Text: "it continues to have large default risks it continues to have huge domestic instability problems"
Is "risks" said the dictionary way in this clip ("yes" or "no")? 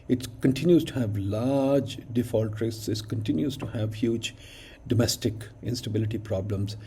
no